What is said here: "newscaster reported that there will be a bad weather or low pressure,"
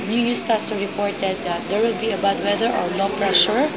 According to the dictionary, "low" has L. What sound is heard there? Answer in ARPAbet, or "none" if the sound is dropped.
N